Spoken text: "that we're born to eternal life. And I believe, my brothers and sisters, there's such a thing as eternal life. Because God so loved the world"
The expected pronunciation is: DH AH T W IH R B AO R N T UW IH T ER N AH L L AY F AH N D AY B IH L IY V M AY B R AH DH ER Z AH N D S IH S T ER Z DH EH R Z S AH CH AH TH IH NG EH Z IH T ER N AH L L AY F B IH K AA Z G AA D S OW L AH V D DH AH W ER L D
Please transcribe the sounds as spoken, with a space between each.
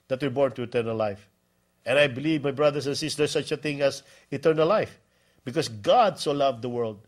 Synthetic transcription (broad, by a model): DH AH T W IH R B AO R N T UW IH T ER N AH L L AY F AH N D AY B IH L IY V M AY B R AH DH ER S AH N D S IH S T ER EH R S AH CH AH TH IH NG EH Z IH T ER N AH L L AY F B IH K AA S G AA D S OW L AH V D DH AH W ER L D